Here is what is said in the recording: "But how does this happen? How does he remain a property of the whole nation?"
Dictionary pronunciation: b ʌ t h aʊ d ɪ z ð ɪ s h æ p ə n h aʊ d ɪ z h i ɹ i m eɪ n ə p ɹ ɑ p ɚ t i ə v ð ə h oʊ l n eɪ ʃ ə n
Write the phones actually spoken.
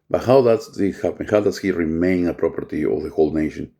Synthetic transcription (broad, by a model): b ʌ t h aʊ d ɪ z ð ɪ h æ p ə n h aʊ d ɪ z h i ɹ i m eɪ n ə p ɹ ɑ p ɚ t i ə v ð ə h oʊ l n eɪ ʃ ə n